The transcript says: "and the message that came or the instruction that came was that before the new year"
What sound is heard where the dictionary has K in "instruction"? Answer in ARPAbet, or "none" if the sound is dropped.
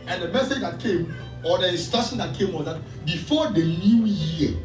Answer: none